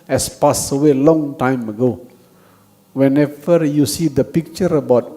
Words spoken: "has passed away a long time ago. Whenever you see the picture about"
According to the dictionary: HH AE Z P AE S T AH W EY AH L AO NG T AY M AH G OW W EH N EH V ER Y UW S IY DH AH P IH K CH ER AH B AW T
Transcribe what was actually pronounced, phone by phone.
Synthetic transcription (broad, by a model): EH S P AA S AH W EY L AO NG T AY M AH G OW W EH N EH V ER Y UW S IY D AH P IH K CH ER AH B AW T